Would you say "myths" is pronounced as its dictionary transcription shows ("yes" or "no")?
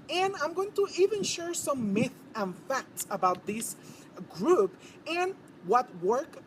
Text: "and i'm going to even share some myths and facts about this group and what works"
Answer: no